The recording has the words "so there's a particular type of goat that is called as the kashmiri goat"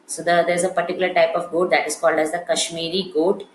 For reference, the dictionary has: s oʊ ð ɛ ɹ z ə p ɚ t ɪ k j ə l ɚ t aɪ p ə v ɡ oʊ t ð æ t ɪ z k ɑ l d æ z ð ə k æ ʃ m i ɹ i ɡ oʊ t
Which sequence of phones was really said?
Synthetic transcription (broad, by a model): s oʊ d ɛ ɹ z ə p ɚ t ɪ k j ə l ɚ t aɪ p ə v ɡ oʊ t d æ t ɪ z k ɑ l d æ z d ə k æ ʃ m i ɹ i ɡ oʊ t